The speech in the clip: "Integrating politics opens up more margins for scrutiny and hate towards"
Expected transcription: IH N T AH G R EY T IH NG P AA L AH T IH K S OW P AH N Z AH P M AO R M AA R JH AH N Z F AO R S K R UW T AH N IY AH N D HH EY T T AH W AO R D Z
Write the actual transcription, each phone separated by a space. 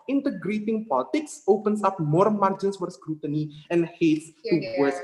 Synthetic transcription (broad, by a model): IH N T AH G R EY T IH NG P AA L AH T IH K S OW P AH N S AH P M AO R M AA R JH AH N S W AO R S K R UW T AH N IY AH N HH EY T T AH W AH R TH